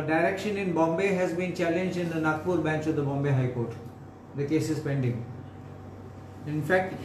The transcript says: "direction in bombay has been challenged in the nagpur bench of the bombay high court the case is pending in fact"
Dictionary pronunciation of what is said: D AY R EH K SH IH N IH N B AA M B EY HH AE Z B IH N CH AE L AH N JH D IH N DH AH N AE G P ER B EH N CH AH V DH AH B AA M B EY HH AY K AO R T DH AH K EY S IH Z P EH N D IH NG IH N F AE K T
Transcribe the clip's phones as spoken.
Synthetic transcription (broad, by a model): D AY R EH K SH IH N IH N B AA M B EY HH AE Z B IH N CH AE L AH N JH D IH N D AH N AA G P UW B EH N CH AH V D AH B AA M B EY HH AY K AO R T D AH K EY S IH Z P EH N D IH NG IH N F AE K T